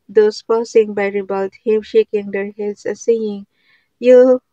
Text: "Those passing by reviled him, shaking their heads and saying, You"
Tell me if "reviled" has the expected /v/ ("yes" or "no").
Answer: no